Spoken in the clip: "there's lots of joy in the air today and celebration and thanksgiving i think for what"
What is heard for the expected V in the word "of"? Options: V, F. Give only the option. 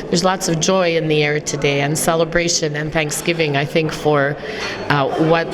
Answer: V